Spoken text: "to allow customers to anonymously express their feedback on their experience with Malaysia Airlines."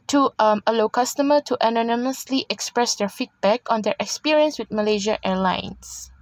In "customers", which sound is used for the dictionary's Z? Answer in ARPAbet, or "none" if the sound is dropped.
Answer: none